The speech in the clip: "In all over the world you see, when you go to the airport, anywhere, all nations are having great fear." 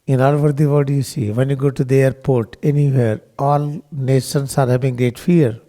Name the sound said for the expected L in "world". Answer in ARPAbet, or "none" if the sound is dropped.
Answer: none